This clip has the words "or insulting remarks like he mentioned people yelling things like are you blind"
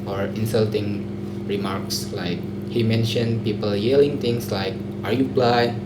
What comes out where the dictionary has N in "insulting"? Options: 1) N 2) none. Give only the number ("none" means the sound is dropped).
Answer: 1